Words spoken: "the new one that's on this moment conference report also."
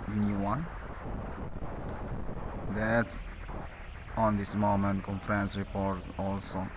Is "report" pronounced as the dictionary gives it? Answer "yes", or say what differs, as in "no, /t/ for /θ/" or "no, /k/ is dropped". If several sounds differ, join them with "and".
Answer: yes